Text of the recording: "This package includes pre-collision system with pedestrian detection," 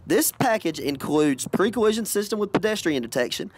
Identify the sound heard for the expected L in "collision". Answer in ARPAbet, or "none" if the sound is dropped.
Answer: none